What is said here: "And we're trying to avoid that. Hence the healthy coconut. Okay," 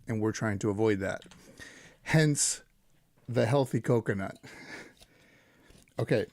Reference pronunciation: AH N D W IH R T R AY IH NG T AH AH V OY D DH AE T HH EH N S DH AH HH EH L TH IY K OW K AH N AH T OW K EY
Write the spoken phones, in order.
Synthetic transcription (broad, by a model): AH N W IH R T R AY IH NG T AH AH V OY D DH AE T HH EH N S DH AH HH EH L TH IY K OW K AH N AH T OW K EY